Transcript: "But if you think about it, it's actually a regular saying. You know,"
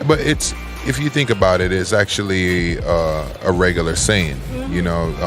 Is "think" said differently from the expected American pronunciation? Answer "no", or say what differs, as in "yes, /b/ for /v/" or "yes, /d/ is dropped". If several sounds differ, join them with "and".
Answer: no